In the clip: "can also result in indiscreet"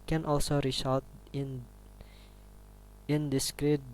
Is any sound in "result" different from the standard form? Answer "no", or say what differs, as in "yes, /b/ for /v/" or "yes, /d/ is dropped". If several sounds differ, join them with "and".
yes, /l/ is dropped